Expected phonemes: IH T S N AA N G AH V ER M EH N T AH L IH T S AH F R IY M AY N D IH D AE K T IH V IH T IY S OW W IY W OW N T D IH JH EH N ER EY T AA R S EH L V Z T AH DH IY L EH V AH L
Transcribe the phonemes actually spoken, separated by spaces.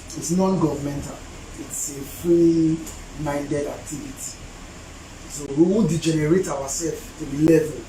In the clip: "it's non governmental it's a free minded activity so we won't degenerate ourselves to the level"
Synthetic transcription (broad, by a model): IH T S N AA N G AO V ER M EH N T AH L IH T S AH F R IY M AY N D IH D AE K T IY V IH T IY S OW W IY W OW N D IH JH EH N ER EY T AA W S EH L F T AH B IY L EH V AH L